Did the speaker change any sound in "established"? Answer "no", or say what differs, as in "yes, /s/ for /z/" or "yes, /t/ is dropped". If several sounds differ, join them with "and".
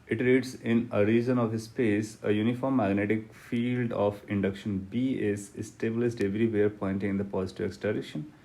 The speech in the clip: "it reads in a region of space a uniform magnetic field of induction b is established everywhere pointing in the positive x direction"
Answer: yes, /s/ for /ʃ/